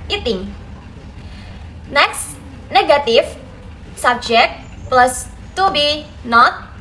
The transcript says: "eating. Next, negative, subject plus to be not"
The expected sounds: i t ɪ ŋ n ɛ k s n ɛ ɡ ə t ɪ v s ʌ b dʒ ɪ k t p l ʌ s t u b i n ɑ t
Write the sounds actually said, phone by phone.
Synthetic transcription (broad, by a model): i t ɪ ŋ n ɛ k s n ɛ ɡ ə t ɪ f s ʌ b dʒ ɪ k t p l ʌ s t u b i n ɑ t